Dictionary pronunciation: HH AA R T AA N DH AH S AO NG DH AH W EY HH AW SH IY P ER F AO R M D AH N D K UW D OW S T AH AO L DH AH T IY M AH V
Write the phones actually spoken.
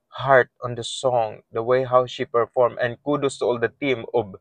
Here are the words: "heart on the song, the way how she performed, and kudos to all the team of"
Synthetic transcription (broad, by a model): HH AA R T AA N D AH S AO NG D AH W EY HH AW SH IY P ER F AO R M AH N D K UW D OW S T AO L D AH T IY M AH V